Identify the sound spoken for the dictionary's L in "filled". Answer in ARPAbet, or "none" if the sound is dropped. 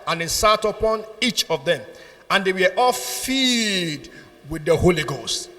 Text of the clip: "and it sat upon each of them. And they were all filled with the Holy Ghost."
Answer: none